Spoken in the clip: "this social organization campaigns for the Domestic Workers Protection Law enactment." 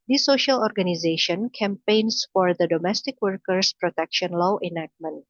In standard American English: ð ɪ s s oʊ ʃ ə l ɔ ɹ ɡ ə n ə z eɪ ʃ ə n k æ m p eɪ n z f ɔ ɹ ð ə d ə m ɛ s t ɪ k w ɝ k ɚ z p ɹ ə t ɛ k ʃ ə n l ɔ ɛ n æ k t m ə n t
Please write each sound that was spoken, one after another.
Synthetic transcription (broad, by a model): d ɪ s s oʊ ʃ ə l ɔ ɹ ɡ ə n ə z eɪ ʃ ə n k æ m p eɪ n s f ɔ ɹ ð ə d ə m ɛ s t ɪ k w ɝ k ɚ s p ɹ ə t ɛ k ʃ ə n l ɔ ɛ n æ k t m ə n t